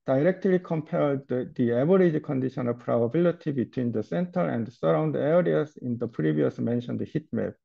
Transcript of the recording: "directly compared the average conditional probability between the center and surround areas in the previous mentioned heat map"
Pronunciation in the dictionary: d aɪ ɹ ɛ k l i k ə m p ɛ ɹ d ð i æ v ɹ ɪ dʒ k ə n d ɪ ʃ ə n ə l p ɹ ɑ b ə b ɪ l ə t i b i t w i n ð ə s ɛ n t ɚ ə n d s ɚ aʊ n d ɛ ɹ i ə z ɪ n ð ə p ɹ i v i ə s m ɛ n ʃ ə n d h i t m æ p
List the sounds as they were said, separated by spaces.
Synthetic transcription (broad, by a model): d aɪ ɹ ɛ k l i k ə m p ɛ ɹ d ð i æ b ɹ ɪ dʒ k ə n d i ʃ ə n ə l p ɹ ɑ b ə b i l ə t i b i t w i n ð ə s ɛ n t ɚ ə n d s ɚ aʊ n d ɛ ɹ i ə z ɪ n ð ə p ɹ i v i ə s m ɛ n ʃ ə n d h i t m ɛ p